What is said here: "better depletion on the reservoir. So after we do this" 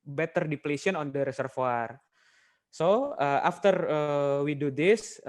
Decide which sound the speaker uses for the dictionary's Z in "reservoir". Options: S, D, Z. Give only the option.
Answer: S